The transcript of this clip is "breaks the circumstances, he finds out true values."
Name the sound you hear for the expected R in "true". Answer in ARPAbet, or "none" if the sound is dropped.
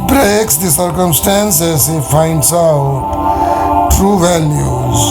R